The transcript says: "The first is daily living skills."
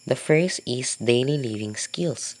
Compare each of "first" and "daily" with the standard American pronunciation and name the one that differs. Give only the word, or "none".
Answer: first